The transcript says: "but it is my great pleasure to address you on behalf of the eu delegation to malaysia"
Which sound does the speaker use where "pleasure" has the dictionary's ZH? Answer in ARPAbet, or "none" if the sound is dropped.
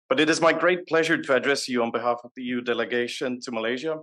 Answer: ZH